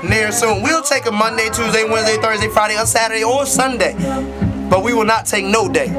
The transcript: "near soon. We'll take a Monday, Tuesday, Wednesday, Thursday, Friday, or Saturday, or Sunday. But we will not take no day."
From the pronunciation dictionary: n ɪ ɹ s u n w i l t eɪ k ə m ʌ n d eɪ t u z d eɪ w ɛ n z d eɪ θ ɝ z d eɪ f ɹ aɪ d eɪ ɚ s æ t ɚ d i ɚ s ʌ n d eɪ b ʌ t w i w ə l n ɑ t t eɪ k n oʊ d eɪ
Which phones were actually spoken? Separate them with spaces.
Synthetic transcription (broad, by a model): n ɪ ɹ s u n w i l t eɪ k ə m ʌ n d eɪ t u z d eɪ w ɛ n z d eɪ θ ɝ z d eɪ f ɹ aɪ d eɪ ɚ s æ t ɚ d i ɚ s ʌ n d eɪ b ʌ t w i w ə l n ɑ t t eɪ k n oʊ d eɪ